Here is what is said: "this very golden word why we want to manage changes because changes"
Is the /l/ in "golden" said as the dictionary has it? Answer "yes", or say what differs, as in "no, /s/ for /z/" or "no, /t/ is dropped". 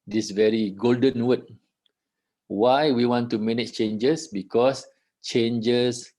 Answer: yes